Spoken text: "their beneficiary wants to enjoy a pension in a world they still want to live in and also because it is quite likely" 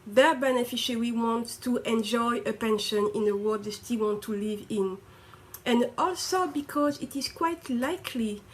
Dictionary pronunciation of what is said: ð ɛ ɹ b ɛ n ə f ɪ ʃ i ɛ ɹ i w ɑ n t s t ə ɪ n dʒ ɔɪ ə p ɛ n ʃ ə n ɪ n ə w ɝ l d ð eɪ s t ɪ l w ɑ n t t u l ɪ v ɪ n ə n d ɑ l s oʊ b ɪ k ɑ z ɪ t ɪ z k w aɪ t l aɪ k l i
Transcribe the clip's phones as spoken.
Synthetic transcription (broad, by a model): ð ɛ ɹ b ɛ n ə f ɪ ʃ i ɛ ɹ i w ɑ n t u t ə n dʒ ɔɪ ə p ɛ n ʃ ə n ɪ n ə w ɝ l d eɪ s t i l w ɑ n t t u l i v ɪ n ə n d ɑ l s oʊ b ɪ k ɑ z ɪ t ɪ z k w aɪ t l aɪ k l i